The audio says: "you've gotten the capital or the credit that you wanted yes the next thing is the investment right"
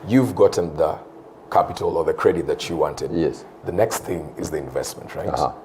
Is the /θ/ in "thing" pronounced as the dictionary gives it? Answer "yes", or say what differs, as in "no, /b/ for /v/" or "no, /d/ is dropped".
yes